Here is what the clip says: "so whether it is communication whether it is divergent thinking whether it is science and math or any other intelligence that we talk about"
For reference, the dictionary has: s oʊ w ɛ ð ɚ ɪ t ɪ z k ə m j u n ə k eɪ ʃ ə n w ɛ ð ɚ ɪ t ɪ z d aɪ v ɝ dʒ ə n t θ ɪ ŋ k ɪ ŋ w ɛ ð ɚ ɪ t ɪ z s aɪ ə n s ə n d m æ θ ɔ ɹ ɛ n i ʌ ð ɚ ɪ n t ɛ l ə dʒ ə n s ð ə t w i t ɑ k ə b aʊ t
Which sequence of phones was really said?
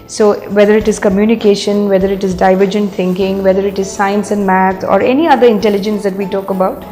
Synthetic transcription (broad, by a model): s oʊ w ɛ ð ɚ ɪ t ɪ z k ə m j u n ə k eɪ ʃ ə n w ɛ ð ɚ ɪ t ɪ z d aɪ v ɝ dʒ ə n t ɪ ŋ k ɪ ŋ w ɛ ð ɚ ɪ t ɪ z s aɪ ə n s ə n d m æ t ɔ ɹ ɛ n i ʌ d ɚ ɪ n t ɛ l ə dʒ ə n s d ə t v i t ɑ k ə b aʊ t